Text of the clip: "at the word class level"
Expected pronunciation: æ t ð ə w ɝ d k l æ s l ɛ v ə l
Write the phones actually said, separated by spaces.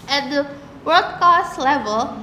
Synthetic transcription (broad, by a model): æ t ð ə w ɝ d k ɑ s l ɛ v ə l